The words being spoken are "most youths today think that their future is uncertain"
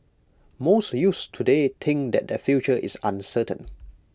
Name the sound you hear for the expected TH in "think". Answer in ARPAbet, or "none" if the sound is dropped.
T